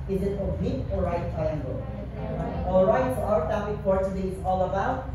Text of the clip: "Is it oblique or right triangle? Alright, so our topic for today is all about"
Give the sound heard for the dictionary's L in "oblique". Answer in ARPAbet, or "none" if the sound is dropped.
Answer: none